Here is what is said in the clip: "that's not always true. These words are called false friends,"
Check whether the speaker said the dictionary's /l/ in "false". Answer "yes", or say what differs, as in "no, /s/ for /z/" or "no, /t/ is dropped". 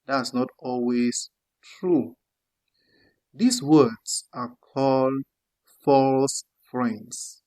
yes